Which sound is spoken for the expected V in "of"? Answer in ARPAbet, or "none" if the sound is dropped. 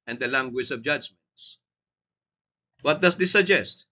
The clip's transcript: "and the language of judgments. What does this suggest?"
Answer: V